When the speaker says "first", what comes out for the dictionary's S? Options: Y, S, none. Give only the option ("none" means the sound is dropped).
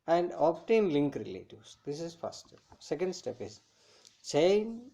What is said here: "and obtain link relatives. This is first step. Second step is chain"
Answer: none